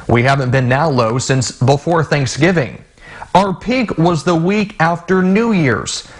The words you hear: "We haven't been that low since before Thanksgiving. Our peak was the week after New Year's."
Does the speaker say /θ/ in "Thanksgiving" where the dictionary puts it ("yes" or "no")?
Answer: yes